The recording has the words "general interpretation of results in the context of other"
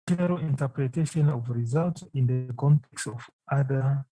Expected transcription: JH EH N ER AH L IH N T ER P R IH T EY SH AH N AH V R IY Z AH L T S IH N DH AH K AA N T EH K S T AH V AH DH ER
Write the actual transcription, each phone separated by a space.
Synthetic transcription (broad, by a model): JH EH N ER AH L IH N T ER P R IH T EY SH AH N AH V R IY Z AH L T IH N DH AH K AA N T EH K S T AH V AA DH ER